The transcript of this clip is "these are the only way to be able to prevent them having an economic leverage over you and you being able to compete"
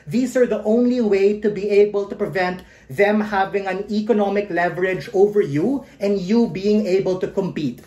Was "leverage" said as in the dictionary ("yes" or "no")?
yes